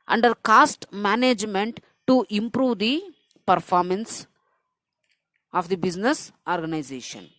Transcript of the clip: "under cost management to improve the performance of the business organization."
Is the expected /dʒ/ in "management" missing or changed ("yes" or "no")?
no